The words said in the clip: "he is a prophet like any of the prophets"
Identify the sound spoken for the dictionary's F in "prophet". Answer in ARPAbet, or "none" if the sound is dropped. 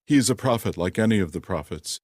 F